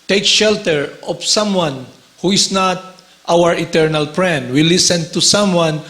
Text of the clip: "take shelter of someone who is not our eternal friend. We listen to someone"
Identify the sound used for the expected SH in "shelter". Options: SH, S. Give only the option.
SH